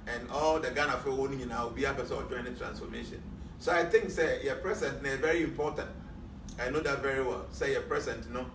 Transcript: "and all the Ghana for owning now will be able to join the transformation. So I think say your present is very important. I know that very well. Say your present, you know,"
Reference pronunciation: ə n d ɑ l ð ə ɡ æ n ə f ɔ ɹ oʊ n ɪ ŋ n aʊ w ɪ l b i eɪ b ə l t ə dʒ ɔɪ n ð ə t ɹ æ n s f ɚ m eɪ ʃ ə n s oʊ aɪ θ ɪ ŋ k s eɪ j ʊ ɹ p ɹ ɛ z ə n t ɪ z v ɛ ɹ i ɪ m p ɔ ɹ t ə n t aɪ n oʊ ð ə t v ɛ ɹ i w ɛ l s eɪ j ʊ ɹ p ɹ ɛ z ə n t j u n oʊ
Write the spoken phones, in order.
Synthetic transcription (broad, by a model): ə n ɑ l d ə ɡ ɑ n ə f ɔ w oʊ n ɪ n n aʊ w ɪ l b i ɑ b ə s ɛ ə dʒ ɔɪ n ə t ɹ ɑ n s f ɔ m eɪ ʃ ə n s oʊ aɪ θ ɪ ŋ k s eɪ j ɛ p ɹ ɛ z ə n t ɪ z v ɛ ɹ i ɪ m p ɔ t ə n t aɪ n oʊ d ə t v ɛ ɹ i w ɛ l s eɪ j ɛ p ɹ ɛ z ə n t n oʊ